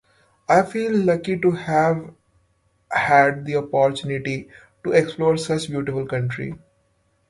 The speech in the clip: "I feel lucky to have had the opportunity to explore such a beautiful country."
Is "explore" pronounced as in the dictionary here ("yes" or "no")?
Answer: yes